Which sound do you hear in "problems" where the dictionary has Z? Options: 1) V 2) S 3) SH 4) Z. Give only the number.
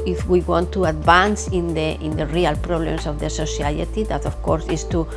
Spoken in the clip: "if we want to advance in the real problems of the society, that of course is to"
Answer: 2